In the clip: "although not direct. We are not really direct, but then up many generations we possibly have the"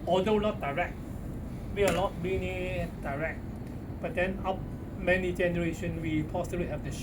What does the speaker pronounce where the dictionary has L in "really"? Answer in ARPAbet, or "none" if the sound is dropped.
N